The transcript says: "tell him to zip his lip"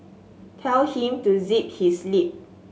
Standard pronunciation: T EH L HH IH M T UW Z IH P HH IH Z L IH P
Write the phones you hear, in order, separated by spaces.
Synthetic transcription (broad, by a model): T EH L HH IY M T UW Z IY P HH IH S L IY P